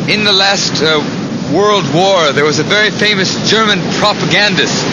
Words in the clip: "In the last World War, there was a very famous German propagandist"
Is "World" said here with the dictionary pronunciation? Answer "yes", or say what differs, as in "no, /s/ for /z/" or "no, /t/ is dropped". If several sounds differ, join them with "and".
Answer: yes